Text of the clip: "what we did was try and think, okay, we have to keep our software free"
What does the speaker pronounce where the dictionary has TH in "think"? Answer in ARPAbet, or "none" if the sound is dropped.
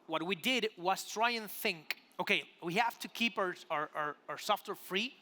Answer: TH